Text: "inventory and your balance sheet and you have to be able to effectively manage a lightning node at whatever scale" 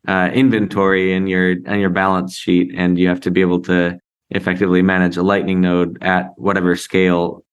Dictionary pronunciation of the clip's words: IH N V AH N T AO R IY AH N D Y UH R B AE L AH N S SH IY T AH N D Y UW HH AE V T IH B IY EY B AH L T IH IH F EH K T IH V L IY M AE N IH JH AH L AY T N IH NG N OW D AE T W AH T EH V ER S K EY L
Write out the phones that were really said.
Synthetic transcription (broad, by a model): IH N V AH N T AO R IY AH N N Y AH R B AE L AH N S SH IY T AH N Y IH HH AE F T IH B IY EY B L T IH IH F EH K T IH V L IY M AE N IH JH AH L AY T N IH NG N OW D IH T W AH T EH V ER S K EY L